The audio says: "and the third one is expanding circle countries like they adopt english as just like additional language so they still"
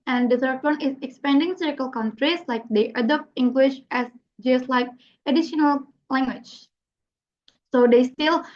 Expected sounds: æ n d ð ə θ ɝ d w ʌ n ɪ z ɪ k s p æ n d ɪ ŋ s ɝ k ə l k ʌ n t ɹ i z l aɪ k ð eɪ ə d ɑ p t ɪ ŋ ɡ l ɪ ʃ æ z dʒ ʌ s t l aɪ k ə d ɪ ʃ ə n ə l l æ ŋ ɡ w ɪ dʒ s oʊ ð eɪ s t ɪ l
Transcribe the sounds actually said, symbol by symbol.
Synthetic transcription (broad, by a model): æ n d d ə s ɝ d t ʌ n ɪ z ɪ k s p æ n d ɪ ŋ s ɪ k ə l k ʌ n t ɹ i s l aɪ k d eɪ ə d ɑ p t ɪ ŋ ɡ l ɪ ʃ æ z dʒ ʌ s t l aɪ k ə d ɪ ʃ ə n ə l l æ ŋ ɡ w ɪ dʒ s oʊ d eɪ s t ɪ l